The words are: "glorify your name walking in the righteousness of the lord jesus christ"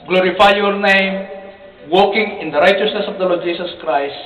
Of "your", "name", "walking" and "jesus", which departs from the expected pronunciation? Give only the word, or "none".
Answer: jesus